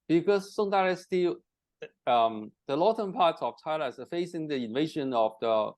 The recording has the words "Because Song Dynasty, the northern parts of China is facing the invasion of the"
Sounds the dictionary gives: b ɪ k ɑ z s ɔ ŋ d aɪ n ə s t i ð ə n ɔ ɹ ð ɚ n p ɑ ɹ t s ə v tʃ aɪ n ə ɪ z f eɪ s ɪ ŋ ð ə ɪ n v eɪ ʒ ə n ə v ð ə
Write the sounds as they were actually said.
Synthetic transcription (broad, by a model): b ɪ k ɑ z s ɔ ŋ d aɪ ə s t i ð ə l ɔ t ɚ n p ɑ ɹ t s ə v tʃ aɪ l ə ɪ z f eɪ s ɪ ŋ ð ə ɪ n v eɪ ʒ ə n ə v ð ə